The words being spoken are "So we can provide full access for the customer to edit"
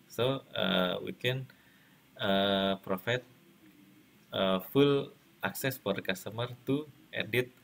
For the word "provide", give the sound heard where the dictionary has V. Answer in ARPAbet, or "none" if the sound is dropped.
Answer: F